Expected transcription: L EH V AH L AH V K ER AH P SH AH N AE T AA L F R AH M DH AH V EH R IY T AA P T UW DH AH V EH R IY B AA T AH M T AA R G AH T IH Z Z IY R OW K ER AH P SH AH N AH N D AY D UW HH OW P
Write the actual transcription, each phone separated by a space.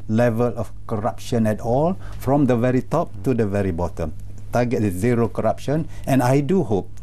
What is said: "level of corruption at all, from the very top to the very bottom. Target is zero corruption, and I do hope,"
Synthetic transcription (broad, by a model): L EH V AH L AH F K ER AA P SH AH N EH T AA L F R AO M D AH V EH R IY T AA P T UW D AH V EH R IY B AA T AH M T AA G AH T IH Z Z IY R OW K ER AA P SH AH N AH N AY D UW HH OW P